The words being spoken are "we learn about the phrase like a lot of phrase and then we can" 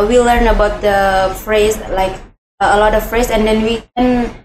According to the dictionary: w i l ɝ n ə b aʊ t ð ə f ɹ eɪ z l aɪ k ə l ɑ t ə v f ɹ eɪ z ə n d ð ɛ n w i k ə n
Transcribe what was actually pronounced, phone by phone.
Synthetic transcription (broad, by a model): w i l ɝ n ə b aʊ t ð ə f ɹ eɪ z l aɪ k ə l ɑ t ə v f ɹ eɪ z ə n d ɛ n w i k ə n